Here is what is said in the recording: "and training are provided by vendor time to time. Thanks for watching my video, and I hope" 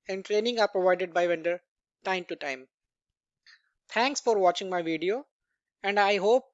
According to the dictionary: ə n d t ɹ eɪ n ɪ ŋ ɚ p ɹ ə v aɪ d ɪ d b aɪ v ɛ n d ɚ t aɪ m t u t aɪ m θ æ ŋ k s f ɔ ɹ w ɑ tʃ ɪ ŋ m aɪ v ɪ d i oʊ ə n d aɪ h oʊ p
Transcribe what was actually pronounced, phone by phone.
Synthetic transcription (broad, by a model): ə n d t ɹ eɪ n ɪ ŋ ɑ p ɹ ə v aɪ d ɪ d b aɪ v ɛ n d ɚ t aɪ m t u t aɪ m t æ ŋ k s f ɔ ɹ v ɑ tʃ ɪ ŋ m aɪ v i d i oʊ ə n d aɪ h oʊ p